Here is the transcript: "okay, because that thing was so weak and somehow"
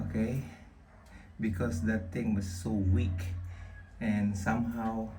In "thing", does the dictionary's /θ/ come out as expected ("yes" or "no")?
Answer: no